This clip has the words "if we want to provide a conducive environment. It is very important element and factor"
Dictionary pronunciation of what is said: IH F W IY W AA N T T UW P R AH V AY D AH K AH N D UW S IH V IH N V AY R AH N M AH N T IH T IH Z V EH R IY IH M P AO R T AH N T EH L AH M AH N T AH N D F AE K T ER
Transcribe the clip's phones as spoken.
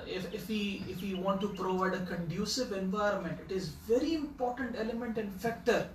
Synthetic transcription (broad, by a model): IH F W IY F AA N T T UW P R AH V AY D AH K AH N D UW S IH V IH N V AY R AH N M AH N T IH T IH Z V EH R IY IH M P AO R T AH N T EH L AH M AH N T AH N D F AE K T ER